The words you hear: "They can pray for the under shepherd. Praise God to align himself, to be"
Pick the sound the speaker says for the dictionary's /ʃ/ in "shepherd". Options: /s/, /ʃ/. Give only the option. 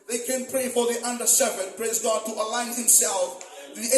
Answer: /s/